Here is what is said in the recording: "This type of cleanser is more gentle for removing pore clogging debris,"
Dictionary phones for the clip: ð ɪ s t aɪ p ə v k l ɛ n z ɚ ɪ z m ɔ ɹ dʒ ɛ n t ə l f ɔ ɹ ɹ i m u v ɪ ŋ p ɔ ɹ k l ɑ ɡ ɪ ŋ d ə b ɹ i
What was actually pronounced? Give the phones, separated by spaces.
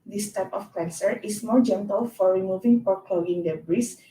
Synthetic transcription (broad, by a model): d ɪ s t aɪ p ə f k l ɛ n s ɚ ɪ s m ɔ ɹ dʒ ɛ n t ə l f ɔ ɹ ɹ i m u v ɪ ŋ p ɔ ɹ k ɑ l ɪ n d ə b ɹ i